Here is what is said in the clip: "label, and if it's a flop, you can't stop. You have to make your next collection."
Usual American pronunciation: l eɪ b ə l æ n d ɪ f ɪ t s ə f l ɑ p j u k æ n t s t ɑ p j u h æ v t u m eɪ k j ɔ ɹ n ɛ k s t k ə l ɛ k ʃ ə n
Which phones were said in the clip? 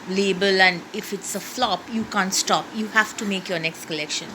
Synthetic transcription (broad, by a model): l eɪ b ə l æ n d ɪ f ɪ t s ə f l ɑ p j u k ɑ n t s t ɑ p j u h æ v t u m eɪ k j ɔ ɹ n ɛ k s t k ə l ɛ k ʃ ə n